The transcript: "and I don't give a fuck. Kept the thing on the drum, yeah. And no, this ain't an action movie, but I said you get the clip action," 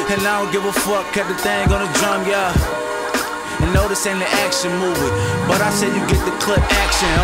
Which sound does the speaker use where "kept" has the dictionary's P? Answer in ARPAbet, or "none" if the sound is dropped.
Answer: none